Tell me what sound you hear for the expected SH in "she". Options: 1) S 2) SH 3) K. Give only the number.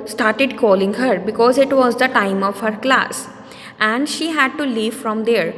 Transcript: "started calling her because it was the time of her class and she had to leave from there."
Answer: 2